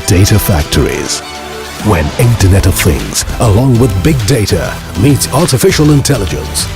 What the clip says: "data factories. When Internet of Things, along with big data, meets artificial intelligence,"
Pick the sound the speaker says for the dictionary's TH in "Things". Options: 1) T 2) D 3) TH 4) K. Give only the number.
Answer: 3